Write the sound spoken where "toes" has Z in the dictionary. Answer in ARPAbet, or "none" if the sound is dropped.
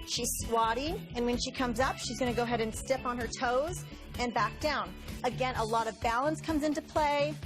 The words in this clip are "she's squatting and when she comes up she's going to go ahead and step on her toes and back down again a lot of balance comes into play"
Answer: Z